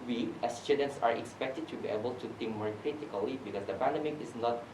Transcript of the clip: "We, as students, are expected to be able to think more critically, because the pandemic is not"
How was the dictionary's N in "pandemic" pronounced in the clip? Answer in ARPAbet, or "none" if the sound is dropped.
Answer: N